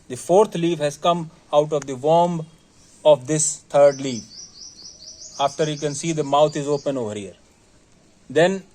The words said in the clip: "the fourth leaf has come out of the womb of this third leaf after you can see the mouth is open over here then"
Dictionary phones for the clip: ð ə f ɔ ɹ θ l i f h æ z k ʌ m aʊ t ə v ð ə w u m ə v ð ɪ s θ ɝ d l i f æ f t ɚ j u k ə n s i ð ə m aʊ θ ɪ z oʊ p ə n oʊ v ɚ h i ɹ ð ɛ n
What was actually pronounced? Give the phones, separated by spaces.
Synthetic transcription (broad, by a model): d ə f ɔ ɹ t l i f h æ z k ʌ m aʊ t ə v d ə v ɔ m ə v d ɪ s t ɝ d l i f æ f t ɚ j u k ə n s i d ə m aʊ t ɪ z oʊ p ə n oʊ v ɚ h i ɹ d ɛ n